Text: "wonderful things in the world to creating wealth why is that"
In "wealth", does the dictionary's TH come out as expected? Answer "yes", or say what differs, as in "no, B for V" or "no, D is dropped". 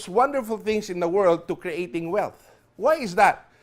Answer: yes